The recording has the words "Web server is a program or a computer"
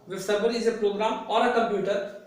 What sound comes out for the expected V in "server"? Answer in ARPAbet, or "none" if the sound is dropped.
B